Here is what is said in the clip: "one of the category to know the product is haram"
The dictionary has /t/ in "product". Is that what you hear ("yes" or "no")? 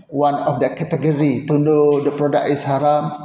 no